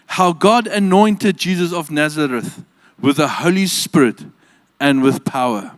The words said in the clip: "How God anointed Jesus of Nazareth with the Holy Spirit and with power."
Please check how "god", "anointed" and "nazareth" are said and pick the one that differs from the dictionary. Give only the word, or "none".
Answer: none